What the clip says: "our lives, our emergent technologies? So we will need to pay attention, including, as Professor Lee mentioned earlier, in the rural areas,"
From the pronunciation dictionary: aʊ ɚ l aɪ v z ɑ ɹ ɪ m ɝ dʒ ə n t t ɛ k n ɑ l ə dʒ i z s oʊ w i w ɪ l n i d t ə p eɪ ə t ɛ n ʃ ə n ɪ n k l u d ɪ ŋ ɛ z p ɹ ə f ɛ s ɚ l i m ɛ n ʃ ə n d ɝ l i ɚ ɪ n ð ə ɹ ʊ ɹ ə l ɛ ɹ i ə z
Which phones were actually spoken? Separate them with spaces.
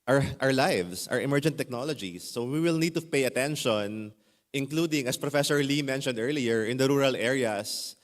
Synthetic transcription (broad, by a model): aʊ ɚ l aɪ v s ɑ ɹ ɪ m ɝ dʒ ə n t t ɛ k n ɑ l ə dʒ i s oʊ w i w ɪ l n i d t ə p eɪ ə t ɛ n ʃ ə n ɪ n k l u d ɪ ŋ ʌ s p ɹ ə f ɛ s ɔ l i m ɛ n ʃ ə n d ɝ l i ɚ ɪ n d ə ɹ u ɹ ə l ɛ ɹ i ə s